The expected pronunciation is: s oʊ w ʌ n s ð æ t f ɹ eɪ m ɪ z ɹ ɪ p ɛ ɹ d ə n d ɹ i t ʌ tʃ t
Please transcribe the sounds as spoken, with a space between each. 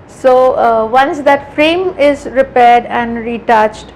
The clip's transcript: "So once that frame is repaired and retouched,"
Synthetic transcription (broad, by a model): s oʊ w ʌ n s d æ t f ɹ eɪ m ɪ z ɹ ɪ p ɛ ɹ d ə n d ɹ i t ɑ tʃ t